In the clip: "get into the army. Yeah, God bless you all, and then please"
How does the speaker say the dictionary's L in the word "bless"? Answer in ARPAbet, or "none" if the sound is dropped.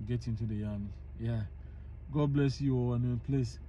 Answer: L